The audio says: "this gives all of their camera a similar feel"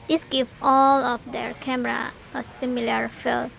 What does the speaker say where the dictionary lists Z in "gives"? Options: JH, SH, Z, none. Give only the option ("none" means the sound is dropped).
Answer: none